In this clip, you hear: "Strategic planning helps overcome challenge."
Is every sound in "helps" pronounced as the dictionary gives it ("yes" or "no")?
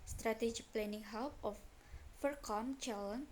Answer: no